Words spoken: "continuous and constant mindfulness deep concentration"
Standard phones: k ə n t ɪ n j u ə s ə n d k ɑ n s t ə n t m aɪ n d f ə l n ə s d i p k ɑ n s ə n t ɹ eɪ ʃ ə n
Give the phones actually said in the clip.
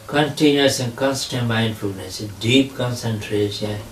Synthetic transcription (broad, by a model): k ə n t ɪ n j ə s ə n k ɑ n s t ə n t m aɪ n d f ə l n ə s d i p k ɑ n s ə n t ɹ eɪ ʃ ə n